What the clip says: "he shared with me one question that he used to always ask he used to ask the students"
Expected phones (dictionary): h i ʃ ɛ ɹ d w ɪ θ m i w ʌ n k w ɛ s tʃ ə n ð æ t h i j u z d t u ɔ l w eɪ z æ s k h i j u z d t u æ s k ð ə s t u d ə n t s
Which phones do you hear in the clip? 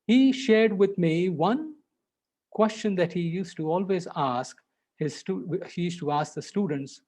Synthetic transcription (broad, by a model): h i ʃ ɛ ɹ d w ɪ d m i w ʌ n k w ɛ s tʃ ə n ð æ t h i j u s t u ɔ l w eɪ z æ s k h i j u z t u æ s k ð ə s t u d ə n t s